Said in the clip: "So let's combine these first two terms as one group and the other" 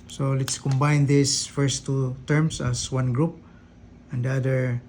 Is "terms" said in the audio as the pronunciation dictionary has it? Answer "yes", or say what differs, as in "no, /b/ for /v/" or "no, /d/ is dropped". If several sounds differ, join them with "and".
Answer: no, /s/ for /z/